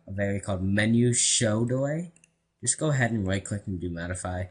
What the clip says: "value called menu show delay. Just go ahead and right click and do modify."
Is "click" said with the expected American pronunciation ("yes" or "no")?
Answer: no